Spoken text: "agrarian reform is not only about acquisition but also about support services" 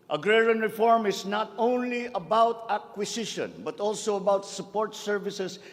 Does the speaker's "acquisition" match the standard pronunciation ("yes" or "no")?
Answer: no